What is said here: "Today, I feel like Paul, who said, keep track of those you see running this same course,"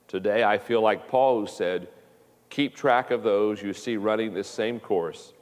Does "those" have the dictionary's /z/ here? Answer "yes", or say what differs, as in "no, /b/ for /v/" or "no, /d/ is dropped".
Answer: yes